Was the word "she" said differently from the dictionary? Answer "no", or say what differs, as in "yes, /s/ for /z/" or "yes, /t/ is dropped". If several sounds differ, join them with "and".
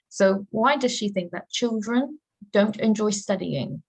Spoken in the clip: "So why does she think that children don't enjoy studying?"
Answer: no